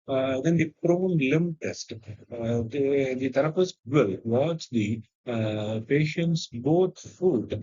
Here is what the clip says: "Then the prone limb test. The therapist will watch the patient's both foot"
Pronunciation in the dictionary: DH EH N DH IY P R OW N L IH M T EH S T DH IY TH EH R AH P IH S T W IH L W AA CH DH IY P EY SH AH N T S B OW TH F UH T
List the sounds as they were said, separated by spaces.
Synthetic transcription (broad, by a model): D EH N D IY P R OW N L IH M T EH S T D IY T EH R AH F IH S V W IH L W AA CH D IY P EY SH AH N T S B OW T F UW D